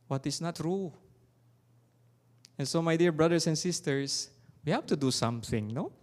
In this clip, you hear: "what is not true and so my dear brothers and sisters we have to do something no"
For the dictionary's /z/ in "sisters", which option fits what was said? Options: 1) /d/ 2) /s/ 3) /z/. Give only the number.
2